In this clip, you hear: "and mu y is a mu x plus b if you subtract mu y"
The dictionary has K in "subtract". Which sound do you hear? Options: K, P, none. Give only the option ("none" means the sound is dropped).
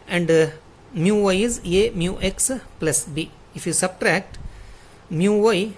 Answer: K